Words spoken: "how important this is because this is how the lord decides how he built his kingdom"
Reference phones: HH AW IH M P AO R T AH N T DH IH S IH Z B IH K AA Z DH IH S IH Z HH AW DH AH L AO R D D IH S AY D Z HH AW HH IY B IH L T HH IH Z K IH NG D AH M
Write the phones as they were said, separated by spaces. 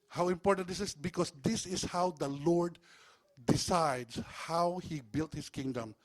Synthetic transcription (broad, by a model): HH AW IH M P AO R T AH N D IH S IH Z B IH K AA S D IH S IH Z HH AW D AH L AO R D D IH S AY D S HH AW HH IY B IH L T HH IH S K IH NG D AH M